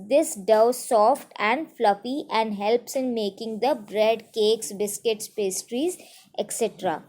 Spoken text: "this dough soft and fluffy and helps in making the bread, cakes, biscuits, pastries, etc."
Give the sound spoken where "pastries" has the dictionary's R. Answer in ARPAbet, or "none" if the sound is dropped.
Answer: R